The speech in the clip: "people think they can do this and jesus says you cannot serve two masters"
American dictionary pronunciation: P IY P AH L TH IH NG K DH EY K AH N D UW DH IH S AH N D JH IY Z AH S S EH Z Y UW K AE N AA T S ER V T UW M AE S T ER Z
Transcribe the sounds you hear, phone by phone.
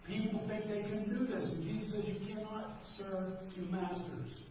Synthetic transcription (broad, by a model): P IY P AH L TH IH NG K DH EY K AH N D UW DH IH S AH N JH IY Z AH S S EH Z Y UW K AE N AA T S ER V T UW M AE S T ER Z